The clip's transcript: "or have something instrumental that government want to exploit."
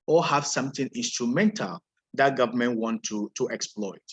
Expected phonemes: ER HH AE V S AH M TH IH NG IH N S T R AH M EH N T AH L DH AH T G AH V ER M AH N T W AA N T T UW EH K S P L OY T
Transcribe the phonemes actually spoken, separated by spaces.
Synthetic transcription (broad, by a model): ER HH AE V S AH M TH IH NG IH N S T R AH M EH N T AH L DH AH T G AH V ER M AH N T W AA N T T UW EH K S P L OY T